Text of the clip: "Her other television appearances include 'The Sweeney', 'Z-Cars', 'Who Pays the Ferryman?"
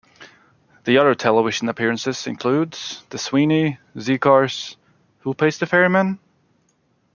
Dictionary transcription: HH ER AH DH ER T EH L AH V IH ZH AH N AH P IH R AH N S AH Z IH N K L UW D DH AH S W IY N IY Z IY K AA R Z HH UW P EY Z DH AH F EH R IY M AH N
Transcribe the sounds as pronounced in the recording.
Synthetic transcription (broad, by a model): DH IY AH DH ER T EH L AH V IH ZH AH N AH P IH R AH N S AH Z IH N K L UW D DH AH S W IY N IY Z IY K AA R S HH UW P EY S DH AH F EH R IY M AH N